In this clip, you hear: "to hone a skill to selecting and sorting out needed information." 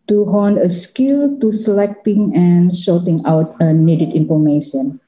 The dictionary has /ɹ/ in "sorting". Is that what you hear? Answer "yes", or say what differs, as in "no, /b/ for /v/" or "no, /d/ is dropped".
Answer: no, /l/ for /ɹ/